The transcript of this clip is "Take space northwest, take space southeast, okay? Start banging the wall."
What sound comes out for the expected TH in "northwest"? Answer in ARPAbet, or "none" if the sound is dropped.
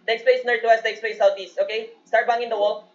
T